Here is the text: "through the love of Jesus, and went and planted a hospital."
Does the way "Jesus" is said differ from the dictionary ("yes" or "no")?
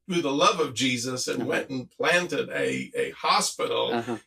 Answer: no